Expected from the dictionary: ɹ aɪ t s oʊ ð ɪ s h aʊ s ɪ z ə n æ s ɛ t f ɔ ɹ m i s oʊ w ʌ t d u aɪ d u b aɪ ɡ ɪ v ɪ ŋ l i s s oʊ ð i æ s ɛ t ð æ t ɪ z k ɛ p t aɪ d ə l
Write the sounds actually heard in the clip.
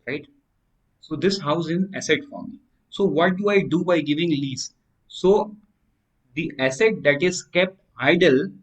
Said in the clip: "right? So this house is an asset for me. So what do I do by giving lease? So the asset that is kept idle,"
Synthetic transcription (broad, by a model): ɹ aɪ t s oʊ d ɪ s h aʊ ɪ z ə n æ s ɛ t f ɔ ɹ m i s oʊ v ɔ t d u aɪ d u b aɪ ɡ ɪ v ɪ ŋ l i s s oʊ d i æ s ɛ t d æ t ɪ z k ɛ p t aɪ d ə l